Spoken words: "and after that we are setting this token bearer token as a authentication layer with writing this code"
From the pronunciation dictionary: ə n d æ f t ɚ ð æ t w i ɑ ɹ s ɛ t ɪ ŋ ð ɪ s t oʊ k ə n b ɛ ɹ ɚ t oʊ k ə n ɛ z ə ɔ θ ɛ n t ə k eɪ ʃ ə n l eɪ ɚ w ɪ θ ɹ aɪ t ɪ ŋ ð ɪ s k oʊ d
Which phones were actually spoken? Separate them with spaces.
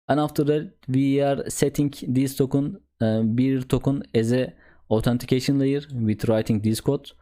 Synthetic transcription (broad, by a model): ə n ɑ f t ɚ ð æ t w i ɑ ɹ s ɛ t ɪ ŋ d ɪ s t oʊ k ə n b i ɹ t oʊ k ə n ɛ z ə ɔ t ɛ n t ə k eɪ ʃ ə n l eɪ ɚ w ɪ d ɹ aɪ t ɪ ŋ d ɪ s k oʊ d